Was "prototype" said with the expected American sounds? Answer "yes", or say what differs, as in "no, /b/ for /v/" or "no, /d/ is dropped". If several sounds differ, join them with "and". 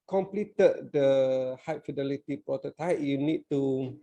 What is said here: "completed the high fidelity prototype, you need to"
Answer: no, /ɹ/ is dropped